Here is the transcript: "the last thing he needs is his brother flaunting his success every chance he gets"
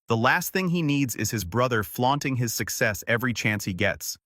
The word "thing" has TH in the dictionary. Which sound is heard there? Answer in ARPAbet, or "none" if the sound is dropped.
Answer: TH